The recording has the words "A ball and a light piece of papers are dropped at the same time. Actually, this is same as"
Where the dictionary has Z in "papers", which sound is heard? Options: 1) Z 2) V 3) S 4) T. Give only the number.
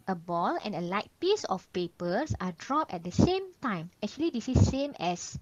3